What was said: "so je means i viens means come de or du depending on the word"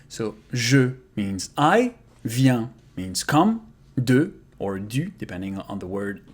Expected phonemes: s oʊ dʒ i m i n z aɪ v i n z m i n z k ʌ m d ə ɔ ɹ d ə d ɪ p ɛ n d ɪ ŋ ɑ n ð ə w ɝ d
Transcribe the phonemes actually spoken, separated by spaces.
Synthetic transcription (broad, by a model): s oʊ ʒ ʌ m i n z aɪ v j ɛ m i n z k ʌ m d ə ɔ ɹ d ə d ɪ p ɛ n d ɪ ŋ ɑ n ð ə w ɝ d